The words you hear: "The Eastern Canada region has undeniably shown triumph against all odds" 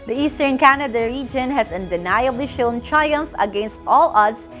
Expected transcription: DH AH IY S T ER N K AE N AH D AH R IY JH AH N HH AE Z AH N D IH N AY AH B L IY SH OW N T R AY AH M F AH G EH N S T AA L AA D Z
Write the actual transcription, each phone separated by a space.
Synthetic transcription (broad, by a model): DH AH IY S T ER N K AE N AH D AH R IY JH AH N HH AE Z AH N D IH N AY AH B L IY SH OW N T R AY AH M F AH G EH N S T AA L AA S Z